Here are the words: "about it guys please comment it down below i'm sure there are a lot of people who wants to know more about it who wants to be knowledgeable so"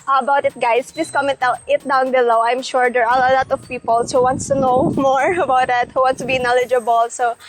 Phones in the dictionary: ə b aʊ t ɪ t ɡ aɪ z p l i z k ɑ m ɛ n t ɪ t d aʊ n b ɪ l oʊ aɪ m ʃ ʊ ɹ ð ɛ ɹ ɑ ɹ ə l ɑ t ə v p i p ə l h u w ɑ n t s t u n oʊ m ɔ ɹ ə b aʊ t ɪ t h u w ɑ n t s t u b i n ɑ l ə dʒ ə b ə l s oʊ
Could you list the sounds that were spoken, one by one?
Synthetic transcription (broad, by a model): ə b aʊ t ɪ t ɡ aɪ s p l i s k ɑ m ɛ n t ɪ t d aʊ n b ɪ l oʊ aɪ m ʃ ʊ ɹ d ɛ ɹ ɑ l ə l ɑ t ə v p i p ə l h u w ɑ n t s t u n oʊ m ɔ ɹ ə b aʊ t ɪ t h u w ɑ n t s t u b i n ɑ l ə dʒ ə b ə l s oʊ